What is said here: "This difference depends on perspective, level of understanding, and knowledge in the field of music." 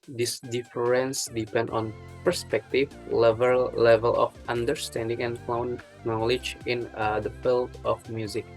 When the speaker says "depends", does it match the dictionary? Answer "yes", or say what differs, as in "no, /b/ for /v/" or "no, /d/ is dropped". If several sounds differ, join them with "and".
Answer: no, /z/ is dropped